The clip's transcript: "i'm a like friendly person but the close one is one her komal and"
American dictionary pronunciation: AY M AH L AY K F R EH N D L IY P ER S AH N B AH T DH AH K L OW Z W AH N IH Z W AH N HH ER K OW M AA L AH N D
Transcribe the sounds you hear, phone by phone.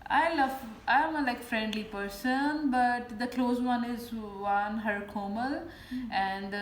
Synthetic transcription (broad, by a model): AY M AH L AY K F R EH N D L IY P ER S AH N B AH T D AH K L OW Z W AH N IH Z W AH N HH ER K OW M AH L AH N D